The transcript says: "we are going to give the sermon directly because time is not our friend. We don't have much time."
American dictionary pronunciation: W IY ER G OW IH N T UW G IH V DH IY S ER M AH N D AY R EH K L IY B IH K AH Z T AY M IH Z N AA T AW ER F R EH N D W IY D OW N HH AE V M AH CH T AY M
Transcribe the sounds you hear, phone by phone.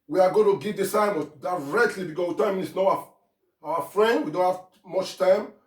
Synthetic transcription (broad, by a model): W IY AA G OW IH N T UW G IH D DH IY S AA AH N D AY R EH K L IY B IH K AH T AY M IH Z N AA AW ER F R EH N D W IY D OW N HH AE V M AH CH T AY M